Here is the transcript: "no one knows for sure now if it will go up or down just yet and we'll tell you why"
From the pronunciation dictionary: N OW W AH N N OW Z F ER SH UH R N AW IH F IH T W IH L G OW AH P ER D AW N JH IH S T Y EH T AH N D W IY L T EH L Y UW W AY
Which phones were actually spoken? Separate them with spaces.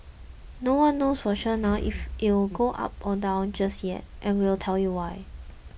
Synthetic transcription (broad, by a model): N OW W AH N N OW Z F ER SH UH N AW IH F IH T W IH L G OW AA P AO D AW N JH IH S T Y EH T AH N W IY L T EH L Y UW W AY